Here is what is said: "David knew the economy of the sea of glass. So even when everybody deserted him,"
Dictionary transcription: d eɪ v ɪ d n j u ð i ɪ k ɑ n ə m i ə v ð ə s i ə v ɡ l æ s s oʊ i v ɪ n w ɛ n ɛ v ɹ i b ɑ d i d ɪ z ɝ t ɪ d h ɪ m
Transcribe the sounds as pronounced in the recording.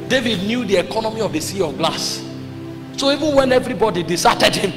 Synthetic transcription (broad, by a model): d eɪ v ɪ d n j u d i ɪ k ɑ n ə m i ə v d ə s i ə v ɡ l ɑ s s oʊ i v ɪ n w ɛ n ɛ v ɹ i b ɑ d i d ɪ s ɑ t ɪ d h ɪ m